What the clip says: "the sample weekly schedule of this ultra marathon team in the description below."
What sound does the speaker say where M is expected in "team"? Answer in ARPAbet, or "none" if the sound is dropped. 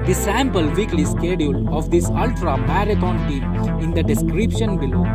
none